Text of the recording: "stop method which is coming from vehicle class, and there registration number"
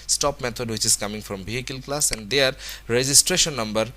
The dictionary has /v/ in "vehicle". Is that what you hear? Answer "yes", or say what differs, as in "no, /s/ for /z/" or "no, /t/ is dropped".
no, /b/ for /v/